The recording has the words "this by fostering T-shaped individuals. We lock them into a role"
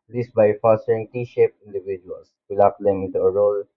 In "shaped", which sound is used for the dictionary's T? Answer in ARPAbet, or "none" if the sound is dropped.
none